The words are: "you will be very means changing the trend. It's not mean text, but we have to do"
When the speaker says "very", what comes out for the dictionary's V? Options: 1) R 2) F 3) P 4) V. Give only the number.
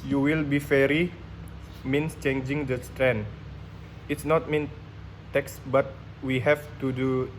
2